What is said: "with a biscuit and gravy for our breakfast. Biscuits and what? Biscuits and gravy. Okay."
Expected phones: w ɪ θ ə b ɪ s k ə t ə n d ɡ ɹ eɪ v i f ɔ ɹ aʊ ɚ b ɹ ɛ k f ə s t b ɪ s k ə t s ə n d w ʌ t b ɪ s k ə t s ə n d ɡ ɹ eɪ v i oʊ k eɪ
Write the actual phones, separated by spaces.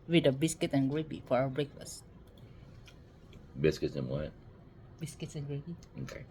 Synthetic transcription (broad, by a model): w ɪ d ə b ɪ s k ə t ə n ɡ ɹ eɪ b i f ɔ ɹ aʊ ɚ b ɹ ɛ k f ə s t b ɪ s k ə t s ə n w ʌ t b ɪ s k ə t s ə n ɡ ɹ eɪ b i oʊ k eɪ